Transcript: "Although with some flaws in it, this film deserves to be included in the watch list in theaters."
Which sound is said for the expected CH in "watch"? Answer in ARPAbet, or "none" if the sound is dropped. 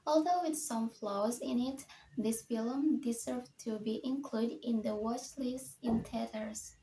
S